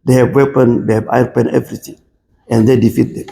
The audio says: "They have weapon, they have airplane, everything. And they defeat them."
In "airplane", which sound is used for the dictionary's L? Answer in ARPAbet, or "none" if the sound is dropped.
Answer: none